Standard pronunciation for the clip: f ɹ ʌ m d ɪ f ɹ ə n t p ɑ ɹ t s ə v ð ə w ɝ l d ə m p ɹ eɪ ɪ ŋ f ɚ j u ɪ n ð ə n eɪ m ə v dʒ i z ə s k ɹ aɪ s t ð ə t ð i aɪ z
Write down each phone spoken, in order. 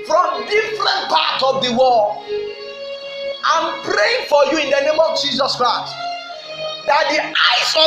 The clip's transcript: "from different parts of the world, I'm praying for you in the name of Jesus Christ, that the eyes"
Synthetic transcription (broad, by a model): f ɹ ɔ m d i f ɹ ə n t p ɑ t ə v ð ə w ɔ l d ə m p ɹ eɪ ɪ ŋ f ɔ j u ɪ n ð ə n eɪ m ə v dʒ i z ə s k ɹ aɪ s t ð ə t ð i aɪ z